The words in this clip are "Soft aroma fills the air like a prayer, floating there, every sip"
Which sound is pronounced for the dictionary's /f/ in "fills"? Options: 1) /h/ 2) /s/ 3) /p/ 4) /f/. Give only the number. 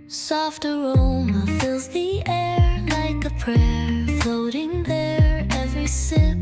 4